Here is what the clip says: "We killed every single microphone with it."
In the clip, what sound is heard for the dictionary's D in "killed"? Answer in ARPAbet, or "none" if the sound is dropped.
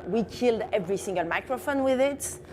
D